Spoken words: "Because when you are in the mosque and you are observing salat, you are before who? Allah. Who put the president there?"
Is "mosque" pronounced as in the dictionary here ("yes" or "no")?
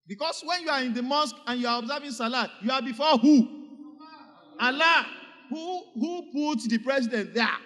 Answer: yes